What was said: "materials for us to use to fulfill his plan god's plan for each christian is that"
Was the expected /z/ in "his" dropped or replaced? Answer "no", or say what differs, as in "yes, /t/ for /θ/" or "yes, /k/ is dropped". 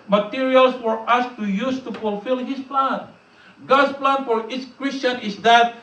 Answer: yes, /s/ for /z/